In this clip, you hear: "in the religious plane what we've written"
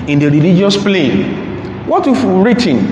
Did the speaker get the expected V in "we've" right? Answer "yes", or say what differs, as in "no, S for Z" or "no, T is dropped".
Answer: no, F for V